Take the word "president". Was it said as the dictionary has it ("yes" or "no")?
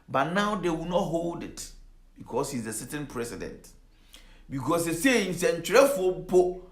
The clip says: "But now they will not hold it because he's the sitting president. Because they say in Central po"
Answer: no